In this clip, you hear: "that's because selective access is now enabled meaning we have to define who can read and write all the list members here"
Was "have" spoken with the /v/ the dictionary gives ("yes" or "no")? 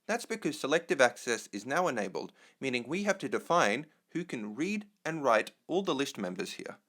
no